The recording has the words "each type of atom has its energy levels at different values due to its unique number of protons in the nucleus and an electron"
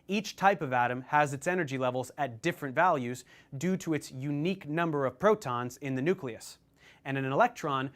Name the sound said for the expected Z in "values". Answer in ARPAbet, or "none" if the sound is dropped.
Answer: Z